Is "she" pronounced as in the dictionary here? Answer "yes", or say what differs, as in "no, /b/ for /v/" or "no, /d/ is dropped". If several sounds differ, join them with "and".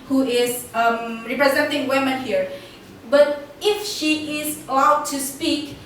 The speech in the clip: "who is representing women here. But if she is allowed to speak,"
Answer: yes